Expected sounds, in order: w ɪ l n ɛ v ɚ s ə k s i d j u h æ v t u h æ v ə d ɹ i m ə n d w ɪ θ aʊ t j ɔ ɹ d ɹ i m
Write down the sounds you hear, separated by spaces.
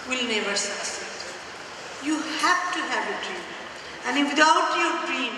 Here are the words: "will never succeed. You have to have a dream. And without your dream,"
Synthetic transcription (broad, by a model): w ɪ l n ɛ v ɚ s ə s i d j u h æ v t u h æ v ə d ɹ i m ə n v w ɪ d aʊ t j ɔ ɹ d ɹ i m